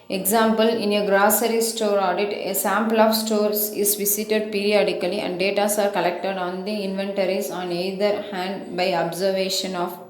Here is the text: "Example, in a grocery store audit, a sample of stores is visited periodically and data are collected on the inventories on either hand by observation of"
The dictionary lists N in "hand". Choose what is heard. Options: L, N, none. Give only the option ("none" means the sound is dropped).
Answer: N